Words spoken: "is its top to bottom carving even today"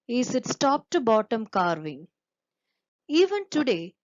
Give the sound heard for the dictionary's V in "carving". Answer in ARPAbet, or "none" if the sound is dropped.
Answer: V